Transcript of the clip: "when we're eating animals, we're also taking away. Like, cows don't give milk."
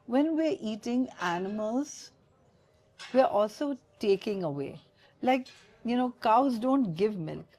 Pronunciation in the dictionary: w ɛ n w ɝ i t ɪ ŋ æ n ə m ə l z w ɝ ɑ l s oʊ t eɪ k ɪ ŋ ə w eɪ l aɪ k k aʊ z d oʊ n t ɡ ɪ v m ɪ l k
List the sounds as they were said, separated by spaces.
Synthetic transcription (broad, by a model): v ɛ n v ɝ i t ɪ ŋ æ n ə m ə l z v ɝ ɑ l s oʊ t eɪ k ɪ ŋ ə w eɪ l aɪ k k aʊ z d oʊ n t ɡ ɪ v m ɪ l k